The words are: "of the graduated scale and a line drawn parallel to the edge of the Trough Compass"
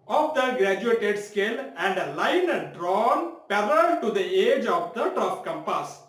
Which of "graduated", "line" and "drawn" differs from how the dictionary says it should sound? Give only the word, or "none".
none